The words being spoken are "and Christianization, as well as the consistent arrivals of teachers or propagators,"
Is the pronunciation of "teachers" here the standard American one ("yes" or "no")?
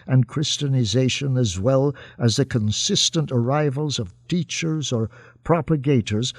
yes